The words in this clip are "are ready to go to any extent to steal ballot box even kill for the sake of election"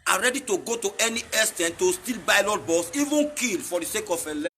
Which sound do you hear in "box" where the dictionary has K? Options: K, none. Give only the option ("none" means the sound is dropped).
none